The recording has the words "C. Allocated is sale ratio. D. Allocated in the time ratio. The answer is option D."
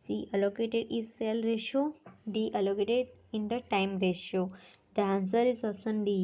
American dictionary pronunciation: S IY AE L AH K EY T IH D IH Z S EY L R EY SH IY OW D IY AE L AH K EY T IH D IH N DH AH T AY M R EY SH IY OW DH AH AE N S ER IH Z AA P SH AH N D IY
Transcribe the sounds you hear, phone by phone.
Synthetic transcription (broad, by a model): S IY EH L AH K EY T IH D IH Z S EY L R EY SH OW D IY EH L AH K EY T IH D IH N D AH T AY M R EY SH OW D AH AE N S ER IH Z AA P S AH N D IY